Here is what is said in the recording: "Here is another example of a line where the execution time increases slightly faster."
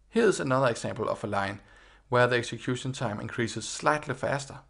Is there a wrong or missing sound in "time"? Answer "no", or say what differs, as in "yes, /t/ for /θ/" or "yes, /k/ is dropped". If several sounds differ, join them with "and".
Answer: yes, /s/ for /t/